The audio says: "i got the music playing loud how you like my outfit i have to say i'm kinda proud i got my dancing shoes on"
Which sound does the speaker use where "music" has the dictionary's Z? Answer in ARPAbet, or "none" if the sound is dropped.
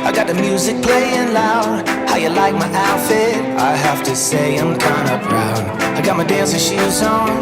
Z